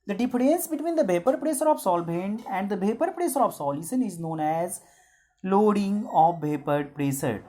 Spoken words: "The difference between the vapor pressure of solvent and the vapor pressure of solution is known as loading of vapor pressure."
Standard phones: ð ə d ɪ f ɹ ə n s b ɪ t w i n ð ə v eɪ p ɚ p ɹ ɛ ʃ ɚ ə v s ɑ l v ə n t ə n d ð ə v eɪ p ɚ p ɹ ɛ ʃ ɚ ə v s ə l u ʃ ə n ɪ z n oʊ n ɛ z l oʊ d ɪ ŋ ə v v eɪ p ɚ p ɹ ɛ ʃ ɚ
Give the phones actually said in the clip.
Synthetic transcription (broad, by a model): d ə d ɪ f ɹ ə n s b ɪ t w i n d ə b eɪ p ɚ p ɹ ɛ s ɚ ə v s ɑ l b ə n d ə n d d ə b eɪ p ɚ p ɹ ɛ s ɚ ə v s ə l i s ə n ɪ z n oʊ n ɛ z l oʊ d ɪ ŋ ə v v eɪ p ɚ p ɹ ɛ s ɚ